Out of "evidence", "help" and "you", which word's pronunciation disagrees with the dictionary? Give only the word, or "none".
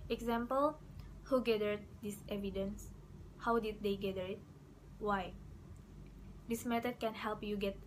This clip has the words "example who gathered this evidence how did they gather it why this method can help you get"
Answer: none